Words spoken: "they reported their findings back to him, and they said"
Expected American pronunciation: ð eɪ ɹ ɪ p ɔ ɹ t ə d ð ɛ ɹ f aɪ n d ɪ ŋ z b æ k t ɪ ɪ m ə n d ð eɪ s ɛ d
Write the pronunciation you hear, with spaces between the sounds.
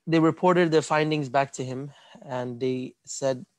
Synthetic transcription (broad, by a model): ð eɪ ɹ ɪ p ɔ ɹ t ə d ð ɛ ɹ f aɪ n d ɪ ŋ z b æ k t ɪ ɪ m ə n ð eɪ s ɛ d